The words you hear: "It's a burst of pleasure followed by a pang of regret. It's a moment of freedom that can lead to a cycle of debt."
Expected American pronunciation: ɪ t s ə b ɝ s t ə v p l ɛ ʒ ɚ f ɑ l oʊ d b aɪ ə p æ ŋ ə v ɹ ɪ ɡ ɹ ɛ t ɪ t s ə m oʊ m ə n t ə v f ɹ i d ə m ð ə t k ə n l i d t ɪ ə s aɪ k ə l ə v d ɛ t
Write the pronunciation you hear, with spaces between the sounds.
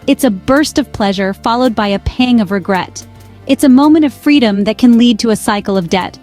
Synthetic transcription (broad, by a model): ɪ t s ə b ɝ s t ə v p l ɛ ʒ ɚ f ɑ l oʊ d b aɪ ə p æ ŋ ə v ɹ ɪ ɡ ɹ ɛ t ɪ t s ə m oʊ m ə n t ə v f ɹ i d ə m ð ə t k ə n l i d t ɪ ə s aɪ k l ə v d ɛ t